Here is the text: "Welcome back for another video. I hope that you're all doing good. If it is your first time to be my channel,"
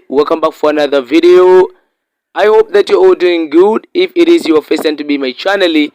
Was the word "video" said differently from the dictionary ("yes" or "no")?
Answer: no